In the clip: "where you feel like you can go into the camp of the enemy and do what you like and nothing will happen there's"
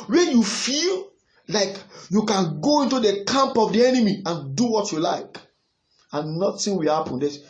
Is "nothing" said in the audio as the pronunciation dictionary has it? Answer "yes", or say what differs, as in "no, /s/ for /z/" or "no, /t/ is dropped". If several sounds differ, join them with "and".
no, /t/ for /θ/